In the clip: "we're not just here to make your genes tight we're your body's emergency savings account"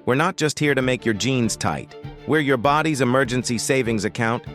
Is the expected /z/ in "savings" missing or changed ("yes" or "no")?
no